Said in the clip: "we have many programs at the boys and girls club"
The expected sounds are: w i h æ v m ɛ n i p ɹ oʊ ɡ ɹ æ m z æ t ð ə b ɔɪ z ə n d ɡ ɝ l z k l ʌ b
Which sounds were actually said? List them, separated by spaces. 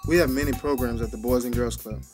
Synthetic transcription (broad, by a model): w i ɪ v m ɛ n i p ɹ oʊ ɡ ɹ æ m z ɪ t ð ə b ɔɪ z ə n ɡ ɝ l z k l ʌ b